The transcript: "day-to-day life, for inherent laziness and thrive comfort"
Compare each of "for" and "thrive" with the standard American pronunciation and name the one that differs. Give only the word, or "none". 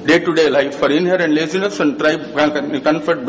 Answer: thrive